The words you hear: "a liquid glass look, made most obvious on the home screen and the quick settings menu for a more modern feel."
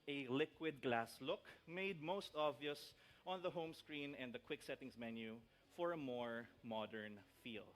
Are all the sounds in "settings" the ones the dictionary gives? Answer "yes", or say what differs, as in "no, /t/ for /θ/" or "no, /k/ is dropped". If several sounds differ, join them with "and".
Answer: no, /s/ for /z/